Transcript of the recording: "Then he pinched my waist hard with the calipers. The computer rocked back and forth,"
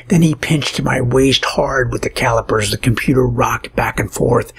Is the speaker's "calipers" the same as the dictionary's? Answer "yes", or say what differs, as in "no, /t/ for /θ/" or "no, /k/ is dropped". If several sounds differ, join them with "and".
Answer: yes